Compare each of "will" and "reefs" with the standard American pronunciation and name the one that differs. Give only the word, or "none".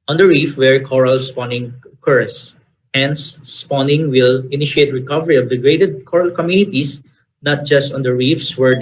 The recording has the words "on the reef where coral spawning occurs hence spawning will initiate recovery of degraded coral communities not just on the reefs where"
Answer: none